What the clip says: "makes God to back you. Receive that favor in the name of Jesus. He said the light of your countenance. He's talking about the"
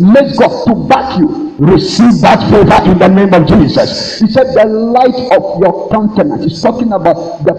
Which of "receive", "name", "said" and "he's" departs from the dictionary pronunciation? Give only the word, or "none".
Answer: he's